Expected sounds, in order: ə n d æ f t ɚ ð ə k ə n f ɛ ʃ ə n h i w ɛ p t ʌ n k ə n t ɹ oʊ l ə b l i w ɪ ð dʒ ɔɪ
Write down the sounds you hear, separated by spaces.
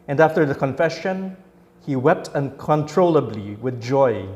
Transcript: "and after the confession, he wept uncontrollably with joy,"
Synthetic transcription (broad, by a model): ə n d æ f t ɚ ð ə k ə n f ɛ ʃ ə n h i w ɛ p t ʌ n k ə n t ɹ oʊ l ə b l i w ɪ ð dʒ ɔɪ